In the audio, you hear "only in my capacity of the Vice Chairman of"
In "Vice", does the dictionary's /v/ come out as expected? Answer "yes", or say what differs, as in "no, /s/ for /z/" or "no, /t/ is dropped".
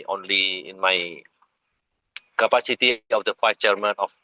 no, /f/ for /v/